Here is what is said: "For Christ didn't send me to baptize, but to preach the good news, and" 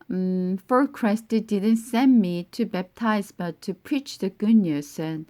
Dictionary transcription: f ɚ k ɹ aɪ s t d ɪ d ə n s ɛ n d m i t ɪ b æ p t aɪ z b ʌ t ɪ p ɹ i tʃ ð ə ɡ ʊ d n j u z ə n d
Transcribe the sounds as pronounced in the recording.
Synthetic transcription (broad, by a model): f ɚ k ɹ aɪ s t d ɪ d ə n s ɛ n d m i t ɪ b æ p t aɪ z b ʌ t ɪ p ɹ i tʃ ð ə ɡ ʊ n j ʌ s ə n